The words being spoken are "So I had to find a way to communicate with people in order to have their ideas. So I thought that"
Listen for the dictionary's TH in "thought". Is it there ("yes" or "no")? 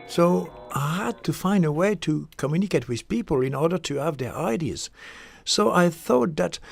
yes